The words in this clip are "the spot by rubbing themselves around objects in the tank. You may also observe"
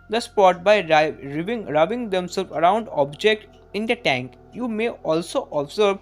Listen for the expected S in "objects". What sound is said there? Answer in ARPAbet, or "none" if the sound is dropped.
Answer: none